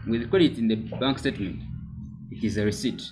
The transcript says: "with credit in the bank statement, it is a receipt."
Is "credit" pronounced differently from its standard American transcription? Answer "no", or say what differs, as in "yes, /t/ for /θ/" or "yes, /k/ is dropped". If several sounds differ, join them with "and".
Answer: yes, /w/ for /ɹ/